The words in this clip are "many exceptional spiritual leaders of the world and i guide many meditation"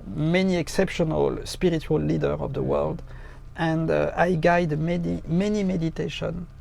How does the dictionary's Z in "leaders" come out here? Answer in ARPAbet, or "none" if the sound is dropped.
none